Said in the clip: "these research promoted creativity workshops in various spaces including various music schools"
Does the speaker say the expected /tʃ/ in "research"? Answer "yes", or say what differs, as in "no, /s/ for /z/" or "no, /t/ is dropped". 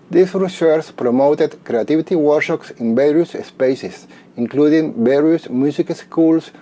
no, /s/ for /tʃ/